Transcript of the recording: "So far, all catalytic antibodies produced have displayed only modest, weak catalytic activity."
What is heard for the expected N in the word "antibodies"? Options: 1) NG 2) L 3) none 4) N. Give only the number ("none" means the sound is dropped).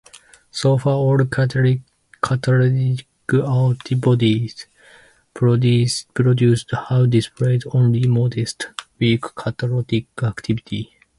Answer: 2